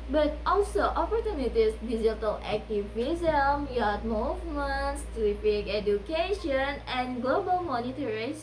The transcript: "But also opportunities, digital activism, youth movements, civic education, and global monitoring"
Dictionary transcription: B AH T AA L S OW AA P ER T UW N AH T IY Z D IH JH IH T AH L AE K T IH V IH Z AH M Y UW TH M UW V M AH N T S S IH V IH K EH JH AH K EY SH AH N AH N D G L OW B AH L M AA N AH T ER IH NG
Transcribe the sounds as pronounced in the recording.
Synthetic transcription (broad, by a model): B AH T AA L S OW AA P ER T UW N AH T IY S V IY Z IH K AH L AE K T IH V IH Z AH M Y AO T M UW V M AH N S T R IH P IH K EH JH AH K EY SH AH N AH N G L OW B AH L M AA N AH T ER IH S